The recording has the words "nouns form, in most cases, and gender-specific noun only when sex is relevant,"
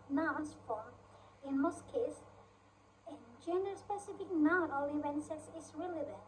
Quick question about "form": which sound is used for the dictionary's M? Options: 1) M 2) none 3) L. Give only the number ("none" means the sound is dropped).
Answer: 2